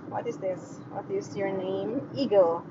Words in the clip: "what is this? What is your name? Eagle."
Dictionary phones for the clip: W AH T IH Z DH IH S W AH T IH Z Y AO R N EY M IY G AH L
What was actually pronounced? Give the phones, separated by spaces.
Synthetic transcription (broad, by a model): W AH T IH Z DH IH S W AH T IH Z Y AO R N EY M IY G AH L